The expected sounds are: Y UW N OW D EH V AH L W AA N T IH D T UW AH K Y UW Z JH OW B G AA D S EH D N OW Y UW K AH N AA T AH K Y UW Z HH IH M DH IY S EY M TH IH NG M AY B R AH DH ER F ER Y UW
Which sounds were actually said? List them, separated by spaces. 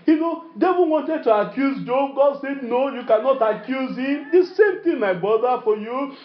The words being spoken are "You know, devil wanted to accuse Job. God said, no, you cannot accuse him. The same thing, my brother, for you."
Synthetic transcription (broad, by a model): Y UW N OW D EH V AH N W AA N T IH D T UW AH K Y UW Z JH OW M G AA D S EH D N OW Y UW K AH N AA T AH K Y UW Z HH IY M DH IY S EY M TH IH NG M AY B R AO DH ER F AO Y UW